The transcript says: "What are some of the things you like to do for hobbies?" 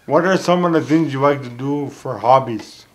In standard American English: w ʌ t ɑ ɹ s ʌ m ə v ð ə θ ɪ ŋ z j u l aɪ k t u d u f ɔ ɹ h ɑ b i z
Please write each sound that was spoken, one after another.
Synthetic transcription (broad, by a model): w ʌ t ɑ ɹ s ʌ m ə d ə t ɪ ŋ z j u l aɪ k t u d u f ɔ ɹ h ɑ b i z